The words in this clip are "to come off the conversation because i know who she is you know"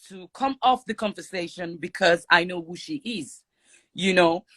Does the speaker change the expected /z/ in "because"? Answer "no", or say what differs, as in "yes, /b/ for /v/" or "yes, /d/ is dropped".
no